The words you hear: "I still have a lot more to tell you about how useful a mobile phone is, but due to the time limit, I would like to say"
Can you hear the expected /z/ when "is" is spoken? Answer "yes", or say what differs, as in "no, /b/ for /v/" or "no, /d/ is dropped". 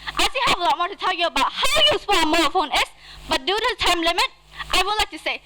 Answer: no, /s/ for /z/